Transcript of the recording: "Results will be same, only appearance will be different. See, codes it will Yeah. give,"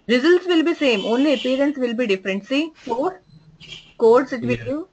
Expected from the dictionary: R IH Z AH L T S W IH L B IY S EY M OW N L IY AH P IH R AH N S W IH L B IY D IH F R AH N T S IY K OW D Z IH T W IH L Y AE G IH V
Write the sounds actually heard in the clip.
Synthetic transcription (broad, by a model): R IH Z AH L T S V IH L B IY S EY M OW N L IY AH P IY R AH N S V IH L B IY D IH F R AH N T S IY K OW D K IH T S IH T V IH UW